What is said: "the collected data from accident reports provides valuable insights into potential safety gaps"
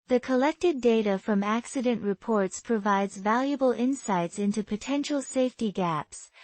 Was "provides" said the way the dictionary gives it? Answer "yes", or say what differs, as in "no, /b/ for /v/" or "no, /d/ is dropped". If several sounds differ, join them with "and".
yes